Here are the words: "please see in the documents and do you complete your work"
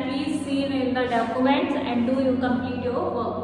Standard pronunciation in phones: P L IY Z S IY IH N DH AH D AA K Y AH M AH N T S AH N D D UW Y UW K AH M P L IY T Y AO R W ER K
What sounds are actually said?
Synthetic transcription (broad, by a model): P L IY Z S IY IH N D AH D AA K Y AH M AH N T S AH N D D UW Y UW K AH M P IY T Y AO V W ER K